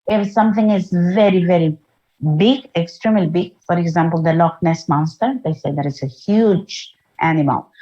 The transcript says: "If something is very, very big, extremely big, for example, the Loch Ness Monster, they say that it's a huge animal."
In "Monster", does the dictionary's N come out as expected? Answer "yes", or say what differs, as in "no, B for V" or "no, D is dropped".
no, N is dropped